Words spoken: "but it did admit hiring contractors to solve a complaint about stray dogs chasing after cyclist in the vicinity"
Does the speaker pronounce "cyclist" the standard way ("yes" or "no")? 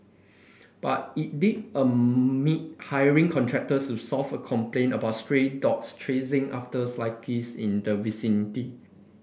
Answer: no